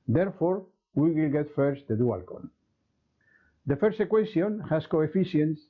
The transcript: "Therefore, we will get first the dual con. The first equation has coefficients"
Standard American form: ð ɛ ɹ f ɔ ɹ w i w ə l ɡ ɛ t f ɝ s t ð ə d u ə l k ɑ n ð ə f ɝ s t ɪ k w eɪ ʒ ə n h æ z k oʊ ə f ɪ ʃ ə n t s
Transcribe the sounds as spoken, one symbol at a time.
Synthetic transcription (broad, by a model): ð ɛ ɹ f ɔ ɹ w i w ə l ɡ ɛ t f ɝ s t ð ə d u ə l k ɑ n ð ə f ɝ s t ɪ k w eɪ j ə n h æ s k oʊ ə f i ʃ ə n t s